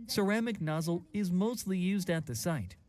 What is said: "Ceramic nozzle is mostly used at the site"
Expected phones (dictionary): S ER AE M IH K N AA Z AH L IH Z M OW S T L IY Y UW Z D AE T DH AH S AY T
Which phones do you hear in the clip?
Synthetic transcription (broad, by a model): S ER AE M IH K N AA Z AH L IH Z M OW S T L IY Y UW Z D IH T DH AH S AY T